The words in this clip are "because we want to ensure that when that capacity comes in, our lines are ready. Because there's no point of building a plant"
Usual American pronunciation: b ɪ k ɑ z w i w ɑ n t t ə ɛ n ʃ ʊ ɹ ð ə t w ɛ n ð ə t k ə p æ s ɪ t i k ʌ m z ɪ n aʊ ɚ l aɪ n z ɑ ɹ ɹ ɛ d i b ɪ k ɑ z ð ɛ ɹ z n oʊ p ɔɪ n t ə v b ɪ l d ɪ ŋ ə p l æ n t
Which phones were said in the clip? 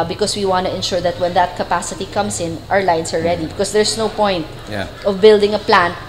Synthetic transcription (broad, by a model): b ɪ k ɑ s w i w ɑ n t t ə ɛ n ʃ ʊ ɹ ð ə t w ɛ n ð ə t k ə p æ s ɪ t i k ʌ m s ɪ n aʊ ɚ l aɪ n s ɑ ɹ ɹ ɛ d i b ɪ k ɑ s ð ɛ ɹ s n oʊ p ɔɪ n t ə v b ɪ l d ɪ ŋ ə p l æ n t